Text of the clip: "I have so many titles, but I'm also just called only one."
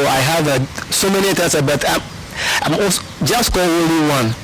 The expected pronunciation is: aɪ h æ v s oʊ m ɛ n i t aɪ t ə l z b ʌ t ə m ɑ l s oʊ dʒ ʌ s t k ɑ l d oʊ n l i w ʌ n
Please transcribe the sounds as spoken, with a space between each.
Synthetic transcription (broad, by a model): aɪ h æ v s oʊ m ɛ n i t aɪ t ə b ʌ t ə m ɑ s dʒ ʌ s t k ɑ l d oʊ l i w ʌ n